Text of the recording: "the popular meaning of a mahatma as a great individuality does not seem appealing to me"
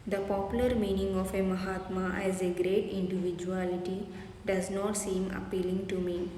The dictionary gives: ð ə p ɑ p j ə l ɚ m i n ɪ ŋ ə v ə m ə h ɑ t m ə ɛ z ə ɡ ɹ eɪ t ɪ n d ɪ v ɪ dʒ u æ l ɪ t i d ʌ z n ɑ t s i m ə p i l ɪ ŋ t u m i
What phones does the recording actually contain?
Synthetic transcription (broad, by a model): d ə p ɑ p j ə l ɚ m i n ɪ ŋ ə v ə m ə h ɑ t m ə ɛ z ə ɡ ɹ eɪ t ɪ n d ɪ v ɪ dʒ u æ l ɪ t i d ʌ z n ɑ t s i m ə p i l ɪ ŋ t u m i